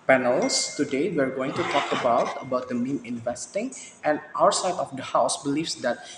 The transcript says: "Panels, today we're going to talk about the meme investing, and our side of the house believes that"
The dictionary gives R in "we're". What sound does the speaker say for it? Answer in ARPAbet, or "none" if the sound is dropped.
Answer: R